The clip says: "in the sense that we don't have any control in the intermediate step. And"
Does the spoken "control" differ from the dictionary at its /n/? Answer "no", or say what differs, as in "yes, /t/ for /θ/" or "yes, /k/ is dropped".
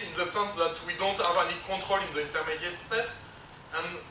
yes, /n/ is dropped